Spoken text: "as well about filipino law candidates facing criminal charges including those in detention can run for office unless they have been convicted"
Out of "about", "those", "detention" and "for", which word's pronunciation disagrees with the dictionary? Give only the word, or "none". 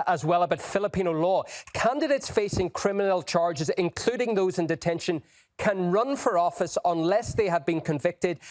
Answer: none